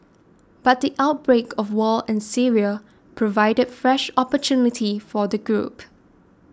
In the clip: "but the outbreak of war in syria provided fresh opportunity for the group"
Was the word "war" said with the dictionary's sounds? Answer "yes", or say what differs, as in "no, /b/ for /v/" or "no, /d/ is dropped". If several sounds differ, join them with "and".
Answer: no, /l/ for /ɹ/